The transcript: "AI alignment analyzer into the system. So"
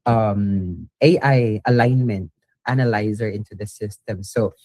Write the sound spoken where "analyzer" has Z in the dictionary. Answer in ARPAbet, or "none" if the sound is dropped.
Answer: Z